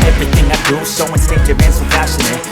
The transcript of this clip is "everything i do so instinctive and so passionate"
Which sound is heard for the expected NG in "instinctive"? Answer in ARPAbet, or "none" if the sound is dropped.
none